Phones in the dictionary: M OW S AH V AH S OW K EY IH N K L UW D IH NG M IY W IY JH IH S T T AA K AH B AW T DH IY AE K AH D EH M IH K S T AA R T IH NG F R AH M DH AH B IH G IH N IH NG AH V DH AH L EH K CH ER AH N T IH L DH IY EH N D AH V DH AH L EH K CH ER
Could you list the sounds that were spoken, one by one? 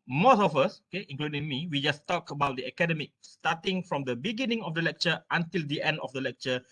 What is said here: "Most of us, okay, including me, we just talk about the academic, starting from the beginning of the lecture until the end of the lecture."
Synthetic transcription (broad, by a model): M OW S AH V AH S OW K EY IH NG K L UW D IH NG M IY W IY JH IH S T T AA K AH B AW T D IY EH K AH D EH M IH K S T AA T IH NG F R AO M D AH B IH G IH N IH NG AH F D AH L EH K CH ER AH N T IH L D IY EH N D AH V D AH L EH K CH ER